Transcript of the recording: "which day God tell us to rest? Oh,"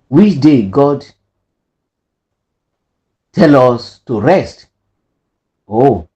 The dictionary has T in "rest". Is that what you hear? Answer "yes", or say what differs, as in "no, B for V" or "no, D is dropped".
yes